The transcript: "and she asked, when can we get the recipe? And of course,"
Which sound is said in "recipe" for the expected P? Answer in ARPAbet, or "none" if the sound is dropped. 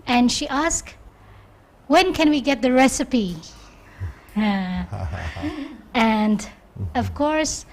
P